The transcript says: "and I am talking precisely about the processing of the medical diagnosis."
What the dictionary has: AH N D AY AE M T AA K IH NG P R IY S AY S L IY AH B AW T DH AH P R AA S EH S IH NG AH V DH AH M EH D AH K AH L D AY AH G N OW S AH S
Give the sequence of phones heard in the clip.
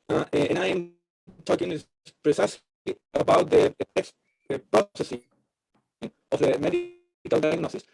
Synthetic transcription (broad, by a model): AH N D AY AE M T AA K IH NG P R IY S AY S IY AH B AW T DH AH P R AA S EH S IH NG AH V DH AH M EH D AH K AH L D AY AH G N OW S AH S